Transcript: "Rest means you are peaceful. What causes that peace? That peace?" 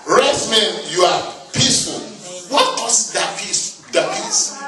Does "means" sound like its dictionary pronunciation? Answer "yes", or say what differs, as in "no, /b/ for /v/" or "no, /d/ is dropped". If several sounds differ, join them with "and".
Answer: no, /z/ is dropped